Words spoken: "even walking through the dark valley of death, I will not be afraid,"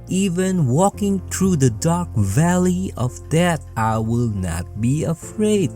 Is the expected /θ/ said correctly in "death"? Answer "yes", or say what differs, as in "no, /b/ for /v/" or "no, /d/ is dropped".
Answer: no, /t/ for /θ/